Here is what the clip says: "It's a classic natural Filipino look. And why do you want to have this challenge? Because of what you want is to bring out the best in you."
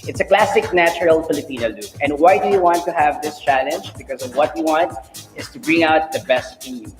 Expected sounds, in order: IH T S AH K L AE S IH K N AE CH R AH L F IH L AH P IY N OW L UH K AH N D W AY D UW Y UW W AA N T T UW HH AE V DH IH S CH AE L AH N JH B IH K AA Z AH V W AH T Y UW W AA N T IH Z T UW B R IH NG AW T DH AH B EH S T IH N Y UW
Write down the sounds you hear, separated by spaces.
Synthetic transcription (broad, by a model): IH T S AH K L AE S IH K N AE CH R AH L F IH L AH P IY N OW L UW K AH N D W AY D UW Y UW W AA N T T UW HH AE V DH IH S CH AE L AH N JH B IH K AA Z AH V W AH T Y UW W AA N T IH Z T UW B R IH NG AW T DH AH B EH S T IH N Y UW